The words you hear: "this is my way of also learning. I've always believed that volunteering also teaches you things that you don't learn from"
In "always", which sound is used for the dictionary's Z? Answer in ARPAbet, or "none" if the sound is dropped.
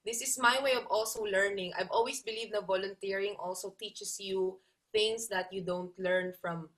S